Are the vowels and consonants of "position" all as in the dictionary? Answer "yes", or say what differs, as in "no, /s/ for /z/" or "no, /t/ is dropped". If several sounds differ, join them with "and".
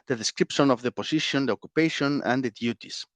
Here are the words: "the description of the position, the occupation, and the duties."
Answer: no, /s/ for /z/